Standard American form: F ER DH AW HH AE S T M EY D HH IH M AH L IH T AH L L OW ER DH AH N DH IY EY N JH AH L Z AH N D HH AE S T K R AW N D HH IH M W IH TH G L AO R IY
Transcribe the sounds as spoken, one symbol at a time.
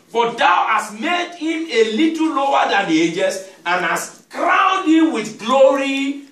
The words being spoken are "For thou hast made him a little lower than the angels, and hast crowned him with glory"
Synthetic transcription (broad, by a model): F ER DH AW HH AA S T M EY D HH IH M AH L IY T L L OW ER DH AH N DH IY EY JH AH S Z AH N HH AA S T K R AW N D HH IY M W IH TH G L AO R IY